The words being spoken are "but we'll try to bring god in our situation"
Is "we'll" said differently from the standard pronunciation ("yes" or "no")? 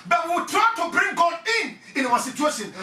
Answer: yes